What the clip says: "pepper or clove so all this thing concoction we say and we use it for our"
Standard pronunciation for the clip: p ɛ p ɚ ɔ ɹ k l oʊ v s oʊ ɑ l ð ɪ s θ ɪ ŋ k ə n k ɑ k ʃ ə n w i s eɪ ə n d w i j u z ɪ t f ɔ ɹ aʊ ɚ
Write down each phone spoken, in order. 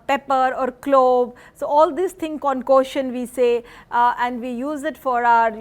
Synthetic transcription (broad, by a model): p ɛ p ɚ ɔ ɹ k l oʊ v s oʊ ɑ l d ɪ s t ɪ ŋ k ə n k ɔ ʃ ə n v i s eɪ ə n d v i j u z ɪ t f ɔ ɹ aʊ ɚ